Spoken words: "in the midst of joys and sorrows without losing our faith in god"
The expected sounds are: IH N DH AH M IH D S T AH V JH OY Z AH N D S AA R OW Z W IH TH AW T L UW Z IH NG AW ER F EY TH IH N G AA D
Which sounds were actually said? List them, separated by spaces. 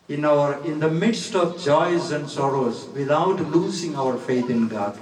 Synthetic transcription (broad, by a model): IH N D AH M IH D S T AH V JH OY Z AH N D S AA R OW Z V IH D AW T L UW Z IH NG AW ER F EY T IH N G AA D